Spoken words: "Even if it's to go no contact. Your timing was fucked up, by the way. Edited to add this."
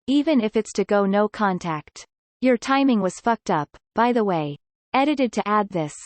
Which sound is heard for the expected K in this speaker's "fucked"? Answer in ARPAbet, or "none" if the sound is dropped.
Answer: K